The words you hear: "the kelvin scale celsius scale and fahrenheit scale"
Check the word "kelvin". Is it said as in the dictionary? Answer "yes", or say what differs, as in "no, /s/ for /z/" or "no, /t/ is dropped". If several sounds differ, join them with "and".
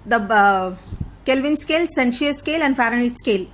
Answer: yes